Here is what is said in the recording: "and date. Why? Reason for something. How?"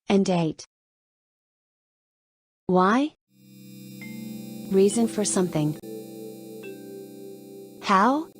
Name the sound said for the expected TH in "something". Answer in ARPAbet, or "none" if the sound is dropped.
TH